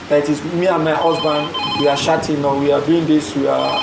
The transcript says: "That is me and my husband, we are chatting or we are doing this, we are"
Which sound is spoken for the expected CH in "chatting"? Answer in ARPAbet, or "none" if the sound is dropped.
SH